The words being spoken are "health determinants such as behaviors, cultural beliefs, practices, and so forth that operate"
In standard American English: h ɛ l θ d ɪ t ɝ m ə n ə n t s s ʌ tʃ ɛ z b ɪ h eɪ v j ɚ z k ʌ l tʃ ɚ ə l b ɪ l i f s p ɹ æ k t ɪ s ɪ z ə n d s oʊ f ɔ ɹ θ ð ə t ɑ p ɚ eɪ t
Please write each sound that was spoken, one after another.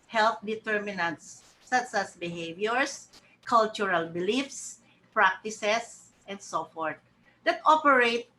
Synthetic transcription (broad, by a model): h ɛ l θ d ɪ t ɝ m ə n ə n t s s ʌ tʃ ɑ s b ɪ h eɪ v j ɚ s k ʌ l tʃ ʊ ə l b ɪ l i f s p ɹ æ k t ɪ s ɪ s ə n d s oʊ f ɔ ɹ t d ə t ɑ p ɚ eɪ t